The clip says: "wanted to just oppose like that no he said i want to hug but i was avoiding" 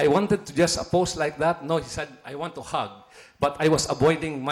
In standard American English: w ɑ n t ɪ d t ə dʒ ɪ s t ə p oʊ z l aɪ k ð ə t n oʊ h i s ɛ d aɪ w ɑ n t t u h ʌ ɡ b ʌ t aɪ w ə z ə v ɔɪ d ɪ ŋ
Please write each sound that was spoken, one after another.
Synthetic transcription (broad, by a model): w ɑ n t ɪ d t ə dʒ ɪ s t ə p oʊ s l aɪ k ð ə t n oʊ h i s ɛ d aɪ w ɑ n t t u h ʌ ɡ b ʌ t aɪ w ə s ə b ɔɪ d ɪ ŋ